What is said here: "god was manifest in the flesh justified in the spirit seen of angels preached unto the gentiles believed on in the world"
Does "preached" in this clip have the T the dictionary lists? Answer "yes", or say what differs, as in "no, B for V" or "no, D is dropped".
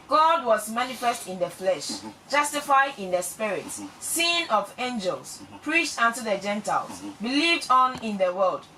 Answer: yes